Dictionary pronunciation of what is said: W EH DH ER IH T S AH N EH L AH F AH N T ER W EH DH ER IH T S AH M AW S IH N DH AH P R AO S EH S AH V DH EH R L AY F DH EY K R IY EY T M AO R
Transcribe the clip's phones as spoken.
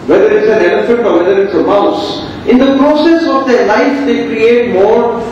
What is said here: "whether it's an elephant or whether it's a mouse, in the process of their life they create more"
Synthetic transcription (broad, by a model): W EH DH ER IH T S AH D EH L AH F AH T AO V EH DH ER IH T S AH M AW S IH N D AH P R AO S EH S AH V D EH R L AY F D EY K R IY EY T M AO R